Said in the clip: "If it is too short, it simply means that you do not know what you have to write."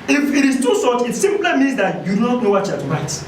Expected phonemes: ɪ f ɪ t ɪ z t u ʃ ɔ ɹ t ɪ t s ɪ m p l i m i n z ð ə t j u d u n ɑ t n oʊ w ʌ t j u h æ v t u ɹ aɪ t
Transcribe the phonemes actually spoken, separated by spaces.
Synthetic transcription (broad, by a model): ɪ f ɪ t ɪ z t u s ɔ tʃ ɪ t s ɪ m p l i m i n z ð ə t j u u n ɑ t n oʊ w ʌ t j u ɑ t u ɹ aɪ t